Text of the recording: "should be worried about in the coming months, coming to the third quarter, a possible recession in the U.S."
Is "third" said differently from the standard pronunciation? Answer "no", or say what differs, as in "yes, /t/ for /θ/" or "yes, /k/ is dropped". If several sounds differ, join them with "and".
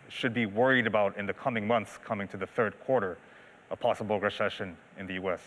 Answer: no